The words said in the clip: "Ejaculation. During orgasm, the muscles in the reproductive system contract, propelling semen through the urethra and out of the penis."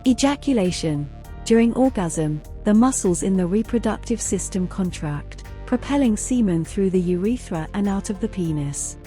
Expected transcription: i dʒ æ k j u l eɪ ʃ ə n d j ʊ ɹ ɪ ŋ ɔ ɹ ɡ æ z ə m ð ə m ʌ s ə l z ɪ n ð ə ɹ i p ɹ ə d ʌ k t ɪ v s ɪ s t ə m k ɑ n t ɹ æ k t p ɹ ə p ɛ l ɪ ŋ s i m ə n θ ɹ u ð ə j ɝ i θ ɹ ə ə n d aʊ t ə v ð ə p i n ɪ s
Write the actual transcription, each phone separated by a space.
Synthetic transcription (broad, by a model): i dʒ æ k j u l eɪ ʃ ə n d j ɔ ɹ ɪ ŋ ɔ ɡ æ z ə m ð ə m ʌ s ə l z ɪ n ð ə ɹ i p ɹ ə d ʌ k t ɪ v s ɪ s t ə m k ɑ n t ɹ æ k t p ɹ ə p ɛ l ɪ ŋ s i m ə n θ ɹ u ð ə j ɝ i θ ɹ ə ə n aʊ t ə v ð ə p i n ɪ s